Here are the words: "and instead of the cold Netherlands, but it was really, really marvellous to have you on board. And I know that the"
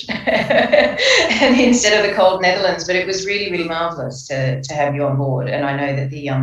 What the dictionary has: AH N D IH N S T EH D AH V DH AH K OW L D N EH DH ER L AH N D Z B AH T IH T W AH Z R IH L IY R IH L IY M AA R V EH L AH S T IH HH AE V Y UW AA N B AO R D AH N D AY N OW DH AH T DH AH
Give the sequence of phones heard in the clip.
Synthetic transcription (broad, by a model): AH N IH N S T EH D AH V DH AH K OW L D N EH DH ER L AH N D Z B AH T IH T W AH Z R IH L IY R IH L IY M AA R V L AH S T IH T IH V Y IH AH N B AO R D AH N AY N OW DH AH T DH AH